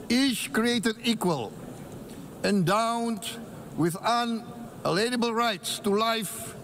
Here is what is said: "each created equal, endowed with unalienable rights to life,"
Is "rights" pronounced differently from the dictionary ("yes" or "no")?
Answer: no